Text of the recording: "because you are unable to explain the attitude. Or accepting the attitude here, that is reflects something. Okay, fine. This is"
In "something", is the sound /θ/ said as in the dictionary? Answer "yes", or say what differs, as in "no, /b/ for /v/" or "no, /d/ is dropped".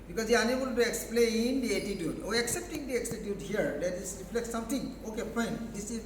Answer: no, /t/ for /θ/